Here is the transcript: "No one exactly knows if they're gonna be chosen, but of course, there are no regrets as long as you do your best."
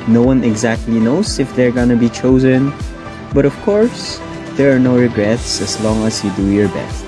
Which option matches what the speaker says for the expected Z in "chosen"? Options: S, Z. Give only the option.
Z